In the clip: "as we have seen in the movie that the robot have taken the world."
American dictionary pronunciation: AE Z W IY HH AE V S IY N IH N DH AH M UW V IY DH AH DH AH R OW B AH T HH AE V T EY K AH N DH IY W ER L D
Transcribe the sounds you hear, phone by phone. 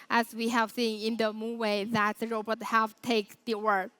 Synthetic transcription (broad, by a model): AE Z W IY HH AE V S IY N IH N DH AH M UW W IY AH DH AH R OW B AH T HH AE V T EY AH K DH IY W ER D